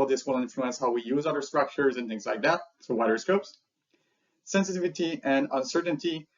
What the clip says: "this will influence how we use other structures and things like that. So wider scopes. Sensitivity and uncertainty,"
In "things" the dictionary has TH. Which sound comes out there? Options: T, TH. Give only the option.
TH